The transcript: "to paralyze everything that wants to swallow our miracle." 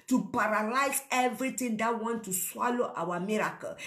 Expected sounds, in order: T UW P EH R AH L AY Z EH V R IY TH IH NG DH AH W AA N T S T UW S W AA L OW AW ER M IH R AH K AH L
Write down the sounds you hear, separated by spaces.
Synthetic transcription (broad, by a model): T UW P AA R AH L AY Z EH V R IY T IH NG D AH W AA N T T UW S W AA L OW AW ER M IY R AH K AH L